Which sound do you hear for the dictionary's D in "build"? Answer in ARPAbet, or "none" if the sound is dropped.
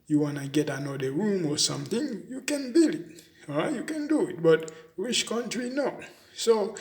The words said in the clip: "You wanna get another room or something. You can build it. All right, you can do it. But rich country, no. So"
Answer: none